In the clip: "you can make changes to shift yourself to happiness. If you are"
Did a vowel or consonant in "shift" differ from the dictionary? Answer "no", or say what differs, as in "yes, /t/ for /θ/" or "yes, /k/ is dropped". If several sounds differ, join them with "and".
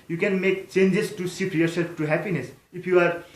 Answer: yes, /s/ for /ʃ/